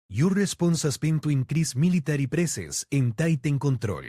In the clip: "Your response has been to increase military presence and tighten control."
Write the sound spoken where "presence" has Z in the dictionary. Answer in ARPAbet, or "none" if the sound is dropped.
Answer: S